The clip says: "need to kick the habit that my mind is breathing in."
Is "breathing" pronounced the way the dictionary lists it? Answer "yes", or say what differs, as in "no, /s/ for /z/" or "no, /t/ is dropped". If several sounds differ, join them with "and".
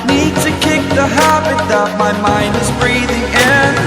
yes